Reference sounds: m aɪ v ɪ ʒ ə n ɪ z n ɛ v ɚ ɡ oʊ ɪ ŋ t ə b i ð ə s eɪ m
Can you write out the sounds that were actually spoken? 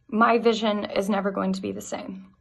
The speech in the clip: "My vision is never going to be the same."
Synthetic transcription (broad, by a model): m aɪ v ɪ ʒ ə n ɪ z n ɛ v ɚ ɡ oʊ ɪ ŋ t ə b i ð ə s eɪ m